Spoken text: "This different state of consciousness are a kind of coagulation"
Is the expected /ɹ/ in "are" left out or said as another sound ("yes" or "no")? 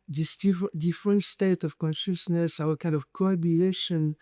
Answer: yes